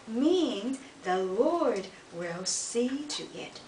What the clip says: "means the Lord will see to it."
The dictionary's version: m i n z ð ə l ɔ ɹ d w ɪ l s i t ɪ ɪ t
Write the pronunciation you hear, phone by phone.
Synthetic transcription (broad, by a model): m i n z ð ə l ɔ ɹ d w ɪ l s i t ɪ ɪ t